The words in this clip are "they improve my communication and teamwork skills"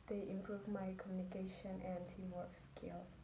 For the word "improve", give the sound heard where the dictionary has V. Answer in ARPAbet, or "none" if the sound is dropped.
V